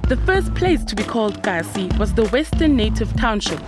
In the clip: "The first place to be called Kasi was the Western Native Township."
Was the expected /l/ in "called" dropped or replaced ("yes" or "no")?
no